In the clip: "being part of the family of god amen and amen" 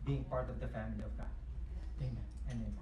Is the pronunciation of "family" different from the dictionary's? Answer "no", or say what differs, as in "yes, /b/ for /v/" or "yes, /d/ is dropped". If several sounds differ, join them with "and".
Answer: no